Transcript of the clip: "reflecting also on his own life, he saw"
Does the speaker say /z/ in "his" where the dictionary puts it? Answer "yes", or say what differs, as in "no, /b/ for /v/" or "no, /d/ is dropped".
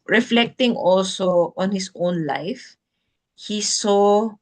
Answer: no, /s/ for /z/